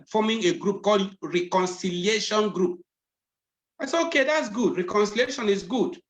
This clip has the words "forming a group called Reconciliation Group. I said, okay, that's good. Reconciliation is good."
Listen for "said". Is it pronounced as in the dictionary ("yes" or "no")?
no